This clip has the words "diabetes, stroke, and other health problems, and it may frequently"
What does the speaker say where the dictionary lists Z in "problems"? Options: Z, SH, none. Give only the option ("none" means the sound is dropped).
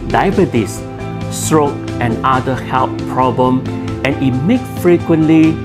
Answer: none